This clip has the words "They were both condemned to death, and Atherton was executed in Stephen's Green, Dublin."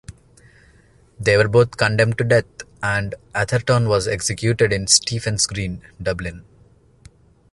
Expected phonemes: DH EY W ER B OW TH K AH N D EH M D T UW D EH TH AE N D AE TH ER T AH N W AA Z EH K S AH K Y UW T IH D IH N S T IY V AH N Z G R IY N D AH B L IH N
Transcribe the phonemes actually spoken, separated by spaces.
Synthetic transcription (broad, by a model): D EY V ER B OW T K AH N D EH M D T UW D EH T AE N D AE T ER T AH N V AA Z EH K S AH K Y UW T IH D IH N S T IY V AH N S G R IY N D AH B L IH N